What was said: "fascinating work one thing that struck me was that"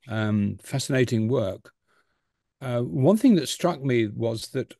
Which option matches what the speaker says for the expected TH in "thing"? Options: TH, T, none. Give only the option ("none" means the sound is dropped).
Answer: TH